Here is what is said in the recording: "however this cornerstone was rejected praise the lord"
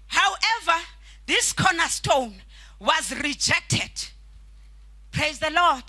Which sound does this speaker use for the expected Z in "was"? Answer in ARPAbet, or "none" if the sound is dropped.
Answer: Z